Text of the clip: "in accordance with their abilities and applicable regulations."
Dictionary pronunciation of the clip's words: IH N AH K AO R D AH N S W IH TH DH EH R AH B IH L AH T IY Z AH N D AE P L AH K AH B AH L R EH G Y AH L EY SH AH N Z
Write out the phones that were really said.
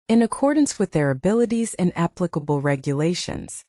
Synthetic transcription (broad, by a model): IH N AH K AO R D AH N S W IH DH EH R AH B IH L AH T IY Z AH N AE P L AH K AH B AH L R EH G Y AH L EY SH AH N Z